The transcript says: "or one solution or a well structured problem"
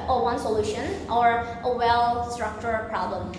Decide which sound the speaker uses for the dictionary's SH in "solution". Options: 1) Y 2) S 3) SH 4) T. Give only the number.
3